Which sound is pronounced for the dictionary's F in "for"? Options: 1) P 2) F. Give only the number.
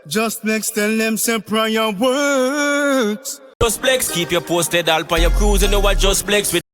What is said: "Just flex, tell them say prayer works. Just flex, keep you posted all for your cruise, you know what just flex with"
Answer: 1